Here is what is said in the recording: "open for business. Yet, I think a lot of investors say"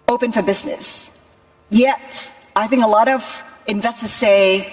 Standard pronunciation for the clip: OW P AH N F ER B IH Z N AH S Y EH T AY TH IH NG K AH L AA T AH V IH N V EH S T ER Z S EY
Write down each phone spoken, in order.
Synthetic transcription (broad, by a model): OW P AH N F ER B IH Z N AH S Y EH T AY TH IH NG K AH L AA T AH V IH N V EH S T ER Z S EY